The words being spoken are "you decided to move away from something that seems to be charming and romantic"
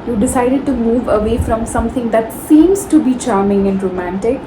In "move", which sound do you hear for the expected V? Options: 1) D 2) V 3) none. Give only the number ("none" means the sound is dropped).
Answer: 2